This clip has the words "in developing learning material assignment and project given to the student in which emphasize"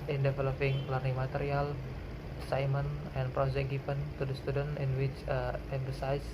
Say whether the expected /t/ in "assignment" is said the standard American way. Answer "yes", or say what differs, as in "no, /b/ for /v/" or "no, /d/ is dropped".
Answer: no, /t/ is dropped